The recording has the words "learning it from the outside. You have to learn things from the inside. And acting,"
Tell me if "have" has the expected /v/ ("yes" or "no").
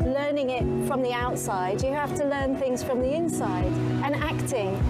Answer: no